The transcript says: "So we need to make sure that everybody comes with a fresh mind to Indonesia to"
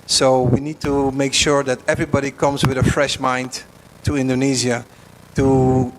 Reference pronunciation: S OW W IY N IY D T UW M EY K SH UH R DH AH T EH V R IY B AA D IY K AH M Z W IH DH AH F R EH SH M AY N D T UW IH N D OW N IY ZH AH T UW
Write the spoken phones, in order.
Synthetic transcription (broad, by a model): S OW W IY N IY D T UW M EY K SH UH R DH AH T EH V R IY B AA D IY K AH M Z W IH DH AH F R EH SH M AY N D T UW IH N D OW N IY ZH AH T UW